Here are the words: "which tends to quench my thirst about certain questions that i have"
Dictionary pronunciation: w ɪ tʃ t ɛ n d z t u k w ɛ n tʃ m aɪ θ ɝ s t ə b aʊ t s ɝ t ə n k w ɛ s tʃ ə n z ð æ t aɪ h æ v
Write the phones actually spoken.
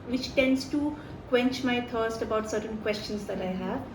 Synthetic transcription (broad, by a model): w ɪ tʃ t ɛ n d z t u k w ɛ n tʃ m aɪ t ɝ s t ə b aʊ t s ɝ t ə n k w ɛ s tʃ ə n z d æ t aɪ h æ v